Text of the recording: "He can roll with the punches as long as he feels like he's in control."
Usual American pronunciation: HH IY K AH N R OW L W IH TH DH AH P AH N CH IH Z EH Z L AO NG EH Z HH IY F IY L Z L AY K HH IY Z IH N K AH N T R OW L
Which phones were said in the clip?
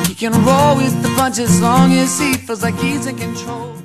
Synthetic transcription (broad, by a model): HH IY K AH N R OW L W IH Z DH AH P AH N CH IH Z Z L AO NG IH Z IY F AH Z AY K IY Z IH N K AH N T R OW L